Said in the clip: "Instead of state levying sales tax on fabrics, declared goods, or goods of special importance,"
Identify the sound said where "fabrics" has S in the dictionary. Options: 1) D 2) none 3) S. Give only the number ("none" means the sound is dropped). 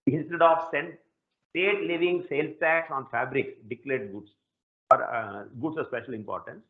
2